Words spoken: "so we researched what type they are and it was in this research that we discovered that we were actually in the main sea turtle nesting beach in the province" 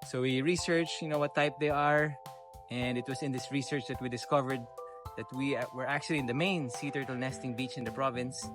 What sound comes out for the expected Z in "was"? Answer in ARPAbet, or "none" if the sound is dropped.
S